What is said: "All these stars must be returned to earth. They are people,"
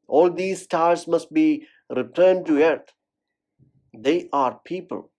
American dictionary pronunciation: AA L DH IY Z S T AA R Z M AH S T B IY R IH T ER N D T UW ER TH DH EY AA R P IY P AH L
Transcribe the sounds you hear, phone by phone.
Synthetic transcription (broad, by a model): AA L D IY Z S T AA R S M AH S T B IY R IH T ER N D T UW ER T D EY AA R P IY P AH L